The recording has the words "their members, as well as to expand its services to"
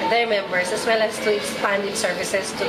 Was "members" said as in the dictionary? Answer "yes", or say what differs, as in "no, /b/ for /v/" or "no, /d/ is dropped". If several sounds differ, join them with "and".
no, /s/ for /z/